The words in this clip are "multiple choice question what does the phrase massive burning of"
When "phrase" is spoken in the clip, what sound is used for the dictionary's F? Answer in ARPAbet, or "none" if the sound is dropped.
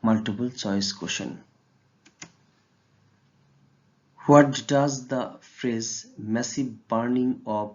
F